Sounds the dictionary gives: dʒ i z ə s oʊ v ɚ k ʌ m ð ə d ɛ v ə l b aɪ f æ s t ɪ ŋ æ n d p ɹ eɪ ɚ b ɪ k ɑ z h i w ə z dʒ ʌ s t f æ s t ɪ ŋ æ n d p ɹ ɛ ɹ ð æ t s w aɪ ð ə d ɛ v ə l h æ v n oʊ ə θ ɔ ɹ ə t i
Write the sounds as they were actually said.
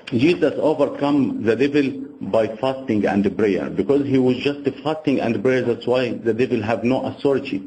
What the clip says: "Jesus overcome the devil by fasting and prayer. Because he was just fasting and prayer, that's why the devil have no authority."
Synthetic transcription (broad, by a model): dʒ i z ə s oʊ v ɚ k ʌ m ð ə d ɛ v ə l b aɪ f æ s t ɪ ŋ æ n d b ɹ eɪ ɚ b ɪ k ɑ z h i w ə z dʒ ʌ s t f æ s t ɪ ŋ æ n d b ɹ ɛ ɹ ð æ t s w aɪ ð ə d ɛ v ə l h æ v n oʊ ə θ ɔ ɹ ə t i